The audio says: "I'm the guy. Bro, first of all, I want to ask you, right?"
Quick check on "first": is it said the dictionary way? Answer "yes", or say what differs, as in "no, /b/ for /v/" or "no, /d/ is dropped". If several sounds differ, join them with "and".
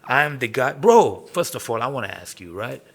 yes